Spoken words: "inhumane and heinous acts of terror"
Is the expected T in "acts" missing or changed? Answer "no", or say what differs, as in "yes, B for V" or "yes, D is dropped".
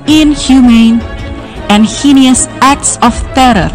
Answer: no